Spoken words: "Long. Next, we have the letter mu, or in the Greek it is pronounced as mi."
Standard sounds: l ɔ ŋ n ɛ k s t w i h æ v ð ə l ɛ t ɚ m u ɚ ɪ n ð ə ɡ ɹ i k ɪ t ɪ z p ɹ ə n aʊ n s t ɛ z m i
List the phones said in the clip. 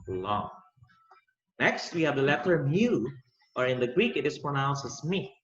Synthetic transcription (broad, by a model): l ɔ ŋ n ɛ k s t w i h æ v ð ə l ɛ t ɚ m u ɚ ɪ n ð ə ɡ ɹ i k ɪ t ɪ s p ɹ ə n aʊ n s ɛ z m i